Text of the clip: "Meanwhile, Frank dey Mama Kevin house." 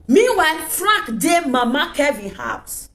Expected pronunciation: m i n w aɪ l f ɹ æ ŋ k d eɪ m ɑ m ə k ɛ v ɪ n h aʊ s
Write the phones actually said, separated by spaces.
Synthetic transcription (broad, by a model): m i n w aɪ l f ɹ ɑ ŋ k d eɪ m ɑ m ə k ɛ v ɪ n h aʊ s